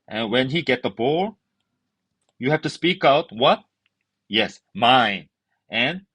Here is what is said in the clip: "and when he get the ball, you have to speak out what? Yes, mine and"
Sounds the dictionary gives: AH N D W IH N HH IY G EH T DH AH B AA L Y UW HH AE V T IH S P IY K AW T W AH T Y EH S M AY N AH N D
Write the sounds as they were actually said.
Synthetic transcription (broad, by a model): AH N W IH N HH IY G EH T DH AH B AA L Y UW HH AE F T IH S P IY K AW T W AH T Y EH S M AY N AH N